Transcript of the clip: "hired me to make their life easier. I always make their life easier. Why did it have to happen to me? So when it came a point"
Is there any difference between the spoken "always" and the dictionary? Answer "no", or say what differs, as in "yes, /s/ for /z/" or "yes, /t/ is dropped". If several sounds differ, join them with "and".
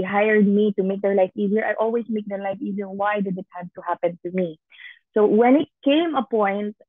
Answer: yes, /s/ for /z/